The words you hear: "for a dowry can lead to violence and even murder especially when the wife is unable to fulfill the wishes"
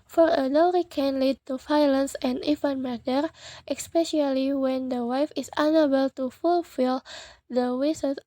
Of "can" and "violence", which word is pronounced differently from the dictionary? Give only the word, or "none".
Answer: violence